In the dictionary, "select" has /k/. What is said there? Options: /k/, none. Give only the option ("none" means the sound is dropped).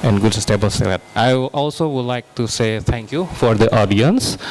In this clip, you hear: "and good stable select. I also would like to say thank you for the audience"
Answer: none